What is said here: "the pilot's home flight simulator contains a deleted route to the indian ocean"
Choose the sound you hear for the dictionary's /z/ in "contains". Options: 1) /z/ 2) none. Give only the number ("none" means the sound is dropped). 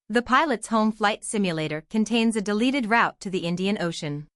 1